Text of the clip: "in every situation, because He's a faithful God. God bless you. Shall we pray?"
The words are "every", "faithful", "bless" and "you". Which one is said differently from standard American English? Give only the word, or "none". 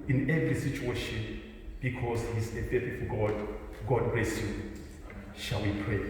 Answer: faithful